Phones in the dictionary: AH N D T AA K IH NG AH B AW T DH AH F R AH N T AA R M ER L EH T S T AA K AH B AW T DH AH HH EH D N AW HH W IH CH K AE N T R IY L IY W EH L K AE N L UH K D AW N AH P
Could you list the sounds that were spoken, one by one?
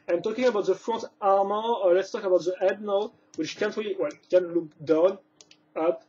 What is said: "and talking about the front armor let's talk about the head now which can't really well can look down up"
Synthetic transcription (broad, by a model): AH N T AA K IH NG AH B AW T DH AH F R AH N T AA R M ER L EH T S T AA K AH B AW T DH AH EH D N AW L W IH CH K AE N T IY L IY W EH L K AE N L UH K D AW N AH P